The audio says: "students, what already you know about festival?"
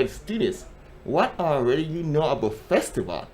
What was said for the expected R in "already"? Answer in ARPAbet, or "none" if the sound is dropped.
R